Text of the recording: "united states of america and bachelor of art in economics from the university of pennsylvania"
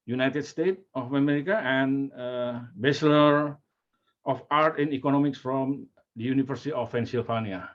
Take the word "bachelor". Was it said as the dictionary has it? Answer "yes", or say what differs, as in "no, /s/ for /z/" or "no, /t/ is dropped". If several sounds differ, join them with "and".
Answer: no, /s/ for /tʃ/